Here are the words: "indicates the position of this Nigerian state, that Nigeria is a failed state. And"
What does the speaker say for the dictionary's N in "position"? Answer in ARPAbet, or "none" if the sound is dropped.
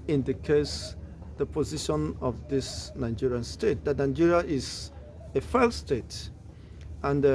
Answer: N